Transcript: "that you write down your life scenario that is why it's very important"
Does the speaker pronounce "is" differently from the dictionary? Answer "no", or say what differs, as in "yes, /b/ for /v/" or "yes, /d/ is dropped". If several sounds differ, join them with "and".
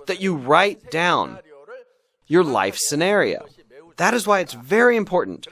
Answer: no